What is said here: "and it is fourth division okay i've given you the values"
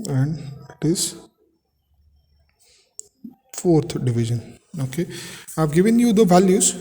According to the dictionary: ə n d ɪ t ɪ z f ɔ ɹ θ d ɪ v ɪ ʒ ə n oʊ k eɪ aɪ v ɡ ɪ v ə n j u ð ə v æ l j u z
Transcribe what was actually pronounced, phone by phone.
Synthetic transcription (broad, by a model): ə n d ɪ t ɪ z f ɔ ɹ t d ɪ v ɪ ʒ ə n oʊ k eɪ aɪ v ɡ ɪ v ə n j u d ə v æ l j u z